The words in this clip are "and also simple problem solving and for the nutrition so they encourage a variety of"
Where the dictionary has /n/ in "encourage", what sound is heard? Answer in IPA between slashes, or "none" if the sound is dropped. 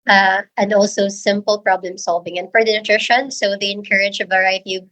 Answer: /n/